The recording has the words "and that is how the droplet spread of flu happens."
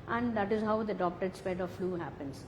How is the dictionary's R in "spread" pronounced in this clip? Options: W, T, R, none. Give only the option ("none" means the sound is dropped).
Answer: none